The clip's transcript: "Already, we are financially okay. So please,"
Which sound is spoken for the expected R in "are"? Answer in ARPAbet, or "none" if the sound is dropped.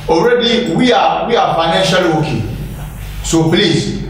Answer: W